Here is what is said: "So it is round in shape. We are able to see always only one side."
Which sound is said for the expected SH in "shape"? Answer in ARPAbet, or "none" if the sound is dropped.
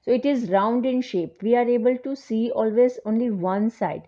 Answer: SH